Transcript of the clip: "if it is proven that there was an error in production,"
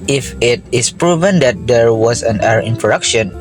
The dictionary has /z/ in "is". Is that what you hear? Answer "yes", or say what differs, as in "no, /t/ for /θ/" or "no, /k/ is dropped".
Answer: no, /s/ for /z/